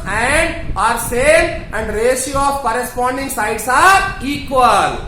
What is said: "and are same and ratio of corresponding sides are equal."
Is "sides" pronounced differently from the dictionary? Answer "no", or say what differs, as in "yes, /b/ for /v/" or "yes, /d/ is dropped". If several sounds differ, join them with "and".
yes, /s/ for /z/